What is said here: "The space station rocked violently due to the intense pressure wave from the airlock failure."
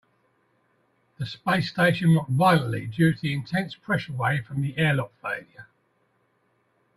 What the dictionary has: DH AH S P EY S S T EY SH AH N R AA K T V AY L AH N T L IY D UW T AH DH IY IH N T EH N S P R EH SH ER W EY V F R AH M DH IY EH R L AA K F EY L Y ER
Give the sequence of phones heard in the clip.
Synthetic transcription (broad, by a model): DH AH S P EY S S T EY SH AH N W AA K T V AY L AH N T L IY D UW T DH IY IH N T EH N S P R EH SH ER W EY F R AH M DH IY EH L AA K F EY L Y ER